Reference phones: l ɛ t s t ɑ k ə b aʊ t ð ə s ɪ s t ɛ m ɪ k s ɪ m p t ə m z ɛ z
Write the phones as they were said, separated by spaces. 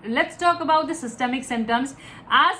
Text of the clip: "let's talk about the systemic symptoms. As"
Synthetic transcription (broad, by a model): l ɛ t s t ɑ k ə b aʊ t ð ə s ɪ s t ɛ m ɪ k s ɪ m t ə m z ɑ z